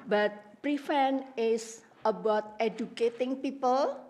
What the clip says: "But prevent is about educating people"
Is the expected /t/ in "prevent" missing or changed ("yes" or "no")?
yes